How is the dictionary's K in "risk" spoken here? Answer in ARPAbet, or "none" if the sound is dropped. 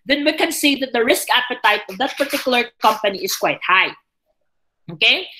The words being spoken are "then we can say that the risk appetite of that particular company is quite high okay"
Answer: K